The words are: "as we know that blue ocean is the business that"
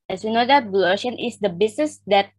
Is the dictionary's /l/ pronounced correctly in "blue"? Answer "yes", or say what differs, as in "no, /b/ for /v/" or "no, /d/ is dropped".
no, /l/ is dropped